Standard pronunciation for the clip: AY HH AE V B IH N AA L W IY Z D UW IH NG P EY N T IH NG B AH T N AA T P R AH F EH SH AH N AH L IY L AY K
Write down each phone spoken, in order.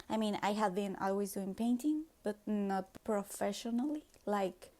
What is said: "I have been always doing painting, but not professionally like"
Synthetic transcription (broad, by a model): AY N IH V B IH N AA L W IY Z D UW IH NG P EY N T IH NG B AH T N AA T P R AH F EH SH AH N AH L IY L AY K